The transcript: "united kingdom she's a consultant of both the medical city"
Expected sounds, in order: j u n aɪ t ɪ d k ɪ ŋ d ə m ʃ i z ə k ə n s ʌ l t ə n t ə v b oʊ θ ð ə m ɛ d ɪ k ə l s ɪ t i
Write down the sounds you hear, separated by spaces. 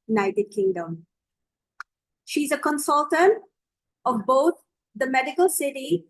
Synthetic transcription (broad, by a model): j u n aɪ t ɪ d k ɪ ŋ d ə m ʃ i z ə k ə n s ʌ l t ə n t ə v b oʊ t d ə m ɛ d ɪ k ə l s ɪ t i